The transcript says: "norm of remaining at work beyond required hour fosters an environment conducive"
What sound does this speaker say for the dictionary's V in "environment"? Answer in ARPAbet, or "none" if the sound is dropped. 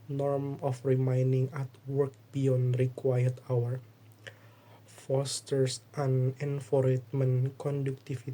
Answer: F